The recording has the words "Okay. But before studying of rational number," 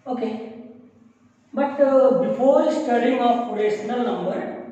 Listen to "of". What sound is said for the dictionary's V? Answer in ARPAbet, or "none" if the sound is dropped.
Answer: P